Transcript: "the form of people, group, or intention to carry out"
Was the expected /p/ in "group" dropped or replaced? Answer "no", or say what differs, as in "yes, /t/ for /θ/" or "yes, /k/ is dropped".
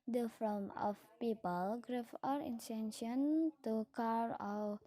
yes, /f/ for /p/